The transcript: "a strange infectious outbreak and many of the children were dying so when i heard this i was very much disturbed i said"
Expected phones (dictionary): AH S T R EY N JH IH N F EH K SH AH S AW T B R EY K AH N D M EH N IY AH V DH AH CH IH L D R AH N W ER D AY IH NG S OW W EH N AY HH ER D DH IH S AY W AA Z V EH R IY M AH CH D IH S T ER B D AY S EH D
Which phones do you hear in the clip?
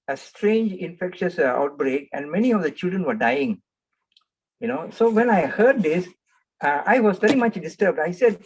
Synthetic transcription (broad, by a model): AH S T R EY N JH IH N F EH K SH AH S AW T B R EY K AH N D M EH N IY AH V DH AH CH IH L D R AH N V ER D AY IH NG S OW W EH N AY HH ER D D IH S AY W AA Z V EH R IY M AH CH D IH S T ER B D AY S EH D